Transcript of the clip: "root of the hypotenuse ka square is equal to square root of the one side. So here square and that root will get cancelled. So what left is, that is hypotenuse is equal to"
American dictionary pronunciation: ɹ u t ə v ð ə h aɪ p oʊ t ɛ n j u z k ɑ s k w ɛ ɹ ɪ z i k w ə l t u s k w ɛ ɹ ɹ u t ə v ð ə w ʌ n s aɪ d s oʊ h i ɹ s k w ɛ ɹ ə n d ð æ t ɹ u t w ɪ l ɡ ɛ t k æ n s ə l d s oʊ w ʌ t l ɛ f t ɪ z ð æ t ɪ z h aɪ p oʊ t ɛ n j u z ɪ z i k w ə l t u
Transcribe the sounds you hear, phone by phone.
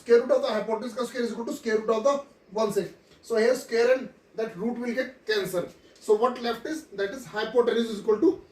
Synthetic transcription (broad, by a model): ɹ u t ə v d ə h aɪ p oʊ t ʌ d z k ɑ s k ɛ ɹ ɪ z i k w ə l t u s k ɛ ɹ ɹ u t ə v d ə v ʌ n s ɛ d s oʊ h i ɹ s k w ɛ ɹ ə n d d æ t ɹ u t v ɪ l ɡ ɛ t k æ n s ə d s oʊ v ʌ t l ɛ f t ɪ z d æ t ɪ z h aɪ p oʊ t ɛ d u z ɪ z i k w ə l t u